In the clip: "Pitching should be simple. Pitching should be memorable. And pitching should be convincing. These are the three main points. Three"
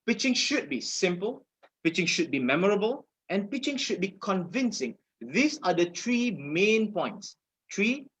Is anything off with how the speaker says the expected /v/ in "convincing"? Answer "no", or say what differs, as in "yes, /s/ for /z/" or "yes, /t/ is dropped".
no